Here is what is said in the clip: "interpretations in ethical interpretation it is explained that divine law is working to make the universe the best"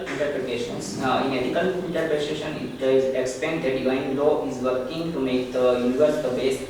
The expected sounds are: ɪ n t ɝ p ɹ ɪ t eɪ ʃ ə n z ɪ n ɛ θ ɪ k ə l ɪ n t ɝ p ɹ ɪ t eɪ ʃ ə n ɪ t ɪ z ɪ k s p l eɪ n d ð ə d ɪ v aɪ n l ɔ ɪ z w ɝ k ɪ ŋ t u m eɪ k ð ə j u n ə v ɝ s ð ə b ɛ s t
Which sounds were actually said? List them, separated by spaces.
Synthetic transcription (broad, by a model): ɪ n t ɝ p ɹ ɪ t eɪ ʃ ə n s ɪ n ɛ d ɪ k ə l ɪ n t ɝ p ɹ ɪ t eɪ ʃ ə n ɪ t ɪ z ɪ k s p eɪ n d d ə d ɪ v aɪ n l ɔ ɪ z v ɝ k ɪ ŋ t u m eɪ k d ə j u n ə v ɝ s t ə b ɛ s